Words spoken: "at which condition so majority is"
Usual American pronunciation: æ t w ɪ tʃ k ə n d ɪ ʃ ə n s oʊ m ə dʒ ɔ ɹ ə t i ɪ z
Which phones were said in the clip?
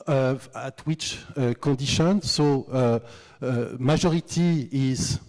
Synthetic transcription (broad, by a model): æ t w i tʃ k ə d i ʃ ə n s oʊ m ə ʒ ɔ ɹ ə t i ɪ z